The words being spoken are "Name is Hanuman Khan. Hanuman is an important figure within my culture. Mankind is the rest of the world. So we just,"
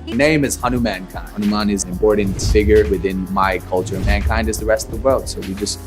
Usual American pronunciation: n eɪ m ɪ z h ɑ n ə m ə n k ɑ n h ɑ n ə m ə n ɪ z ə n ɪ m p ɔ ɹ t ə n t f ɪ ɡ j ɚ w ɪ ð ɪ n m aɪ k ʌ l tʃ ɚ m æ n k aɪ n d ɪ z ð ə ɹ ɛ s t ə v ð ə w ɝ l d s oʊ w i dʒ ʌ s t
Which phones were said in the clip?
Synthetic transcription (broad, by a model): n eɪ m ɪ z h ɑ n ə m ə n k ɑ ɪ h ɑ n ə m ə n ɪ z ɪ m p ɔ ɹ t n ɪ f ɪ ɡ j ɚ w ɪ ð ɪ n m aɪ k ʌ l tʃ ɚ m æ n k aɪ n d ɪ z ð ə ɹ ɛ s t ə v ð ə w ɝ l d s oʊ w i dʒ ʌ s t